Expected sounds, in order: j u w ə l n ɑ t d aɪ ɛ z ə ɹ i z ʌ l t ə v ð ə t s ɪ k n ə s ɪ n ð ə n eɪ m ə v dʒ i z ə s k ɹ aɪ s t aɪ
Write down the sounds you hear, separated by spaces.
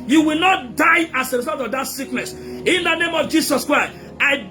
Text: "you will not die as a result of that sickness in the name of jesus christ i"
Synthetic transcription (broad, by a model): j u w ə l n ɑ t d aɪ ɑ s ə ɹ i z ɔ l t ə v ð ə t s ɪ k n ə s ɪ n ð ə n eɪ m ə v dʒ i s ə s k ɹ aɪ s t aɪ